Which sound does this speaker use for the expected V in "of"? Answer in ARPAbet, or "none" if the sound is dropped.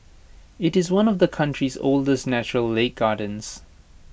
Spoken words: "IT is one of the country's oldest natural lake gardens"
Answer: V